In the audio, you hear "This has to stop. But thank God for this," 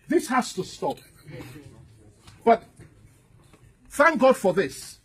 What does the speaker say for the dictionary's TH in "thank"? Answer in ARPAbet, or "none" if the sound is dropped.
TH